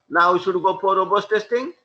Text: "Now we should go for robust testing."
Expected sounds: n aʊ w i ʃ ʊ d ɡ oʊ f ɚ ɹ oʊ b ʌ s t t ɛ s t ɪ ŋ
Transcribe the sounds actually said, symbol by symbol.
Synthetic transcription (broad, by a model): n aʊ w i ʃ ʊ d ɡ oʊ p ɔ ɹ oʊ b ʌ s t t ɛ s t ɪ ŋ